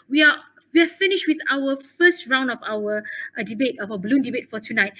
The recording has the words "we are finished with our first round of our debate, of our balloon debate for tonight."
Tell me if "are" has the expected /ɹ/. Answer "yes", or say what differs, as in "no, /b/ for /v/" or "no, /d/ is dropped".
no, /w/ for /ɹ/